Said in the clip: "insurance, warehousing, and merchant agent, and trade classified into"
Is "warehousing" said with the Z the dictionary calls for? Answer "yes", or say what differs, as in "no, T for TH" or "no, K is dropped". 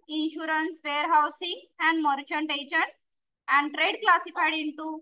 no, S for Z